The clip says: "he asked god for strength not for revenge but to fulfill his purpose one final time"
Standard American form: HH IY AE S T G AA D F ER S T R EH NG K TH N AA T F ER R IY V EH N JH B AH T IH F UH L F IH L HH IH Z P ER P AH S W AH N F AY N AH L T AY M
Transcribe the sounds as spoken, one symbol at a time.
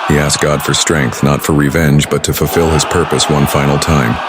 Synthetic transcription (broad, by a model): HH IY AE S G AA D F ER S T R EH NG K TH N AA T F ER R IY V EH N JH B AH T IH F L F IH L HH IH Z P ER P AH S W AH N F AY N L T AY M